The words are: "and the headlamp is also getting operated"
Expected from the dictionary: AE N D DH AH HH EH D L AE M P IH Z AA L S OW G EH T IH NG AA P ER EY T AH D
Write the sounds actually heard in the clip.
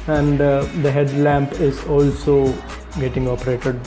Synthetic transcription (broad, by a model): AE N D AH HH EH D L AE M P IH Z AA L S OW G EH T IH NG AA P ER EY T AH D